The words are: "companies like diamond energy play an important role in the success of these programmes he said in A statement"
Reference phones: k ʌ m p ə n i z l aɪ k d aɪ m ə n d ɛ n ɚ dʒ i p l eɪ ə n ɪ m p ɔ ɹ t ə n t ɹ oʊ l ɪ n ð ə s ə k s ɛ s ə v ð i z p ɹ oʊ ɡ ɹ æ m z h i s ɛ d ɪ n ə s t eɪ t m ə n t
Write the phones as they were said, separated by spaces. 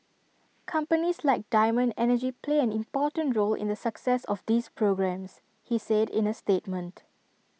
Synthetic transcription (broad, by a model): k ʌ m p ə n i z l aɪ k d aɪ m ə n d ɛ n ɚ dʒ i p l eɪ ə n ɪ m p ɔ t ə n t ɹ oʊ l ɪ n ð ə s ə k s ɛ s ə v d i s p ɹ oʊ ɡ ɹ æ m s h i s ɛ d ɪ n ə s t eɪ t m ə n t